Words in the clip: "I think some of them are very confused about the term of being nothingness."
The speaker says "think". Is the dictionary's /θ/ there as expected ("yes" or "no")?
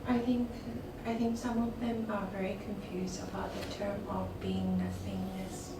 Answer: yes